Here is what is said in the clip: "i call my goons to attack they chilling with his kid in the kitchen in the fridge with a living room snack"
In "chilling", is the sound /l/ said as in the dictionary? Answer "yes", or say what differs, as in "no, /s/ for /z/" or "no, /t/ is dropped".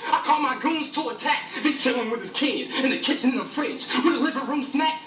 no, /w/ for /l/